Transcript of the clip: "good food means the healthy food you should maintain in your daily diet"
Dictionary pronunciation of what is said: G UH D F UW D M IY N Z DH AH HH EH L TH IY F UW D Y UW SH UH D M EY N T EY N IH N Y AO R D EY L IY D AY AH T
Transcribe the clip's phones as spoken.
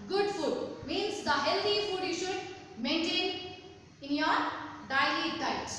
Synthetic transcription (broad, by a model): G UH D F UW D M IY N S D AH HH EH L T IY F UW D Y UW SH UH D M EY N T EY N IH N Y AO R D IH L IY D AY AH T